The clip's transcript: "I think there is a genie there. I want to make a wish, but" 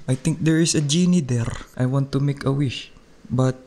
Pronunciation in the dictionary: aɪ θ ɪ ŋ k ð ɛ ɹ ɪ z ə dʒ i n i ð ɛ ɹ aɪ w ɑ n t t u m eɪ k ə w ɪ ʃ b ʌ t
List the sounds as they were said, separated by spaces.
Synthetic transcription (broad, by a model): aɪ t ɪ ŋ k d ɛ ɹ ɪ s ə dʒ i n i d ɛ ɹ aɪ w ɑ n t t u m eɪ k ə w ɪ ʃ b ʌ t